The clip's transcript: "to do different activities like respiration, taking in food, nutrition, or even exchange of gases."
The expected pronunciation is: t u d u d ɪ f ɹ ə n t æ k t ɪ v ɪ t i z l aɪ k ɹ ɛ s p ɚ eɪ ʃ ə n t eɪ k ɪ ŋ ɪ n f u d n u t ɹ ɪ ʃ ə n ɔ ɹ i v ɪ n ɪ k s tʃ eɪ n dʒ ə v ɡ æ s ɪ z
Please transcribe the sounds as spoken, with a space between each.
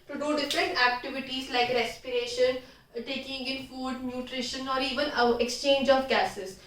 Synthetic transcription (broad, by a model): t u d u d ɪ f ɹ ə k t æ k t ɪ v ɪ t i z l aɪ k ɹ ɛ s p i eɪ ʃ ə n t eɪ k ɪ ŋ ɪ n f u d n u t ɹ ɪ ʃ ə n ɔ ɹ i v ɪ n ɪ k s tʃ eɪ n dʒ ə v ɡ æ s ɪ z